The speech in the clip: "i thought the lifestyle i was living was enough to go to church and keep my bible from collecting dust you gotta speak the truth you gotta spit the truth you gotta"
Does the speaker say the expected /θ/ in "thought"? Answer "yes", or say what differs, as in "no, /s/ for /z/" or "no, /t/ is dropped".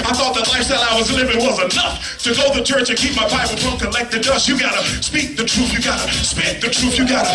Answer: yes